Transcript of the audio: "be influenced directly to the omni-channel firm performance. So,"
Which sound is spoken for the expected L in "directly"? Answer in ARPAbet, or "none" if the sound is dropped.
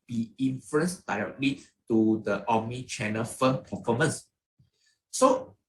L